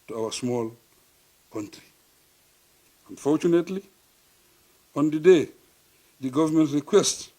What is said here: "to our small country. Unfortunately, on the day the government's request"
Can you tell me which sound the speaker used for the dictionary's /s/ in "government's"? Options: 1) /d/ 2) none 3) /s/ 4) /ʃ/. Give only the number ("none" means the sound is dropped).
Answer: 2